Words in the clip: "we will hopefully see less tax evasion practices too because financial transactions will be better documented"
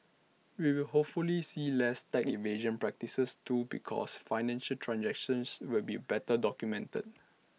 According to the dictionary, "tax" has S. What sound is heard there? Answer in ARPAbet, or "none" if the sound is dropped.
none